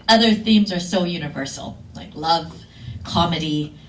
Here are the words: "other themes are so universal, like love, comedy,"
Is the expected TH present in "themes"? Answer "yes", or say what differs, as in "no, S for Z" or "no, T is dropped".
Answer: yes